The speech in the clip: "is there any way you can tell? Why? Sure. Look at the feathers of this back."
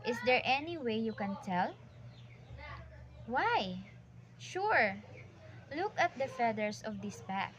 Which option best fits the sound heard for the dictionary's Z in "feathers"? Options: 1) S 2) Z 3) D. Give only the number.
1